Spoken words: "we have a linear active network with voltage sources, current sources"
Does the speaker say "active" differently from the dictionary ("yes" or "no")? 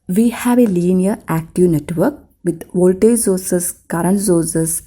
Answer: no